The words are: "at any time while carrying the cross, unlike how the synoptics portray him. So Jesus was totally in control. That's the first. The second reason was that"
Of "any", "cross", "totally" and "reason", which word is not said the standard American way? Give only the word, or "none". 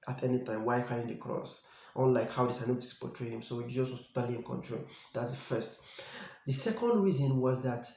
none